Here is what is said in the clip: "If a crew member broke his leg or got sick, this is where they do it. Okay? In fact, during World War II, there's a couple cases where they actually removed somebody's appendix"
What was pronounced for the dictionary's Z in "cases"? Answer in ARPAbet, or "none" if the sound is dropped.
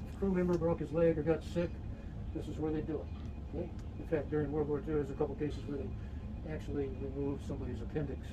Z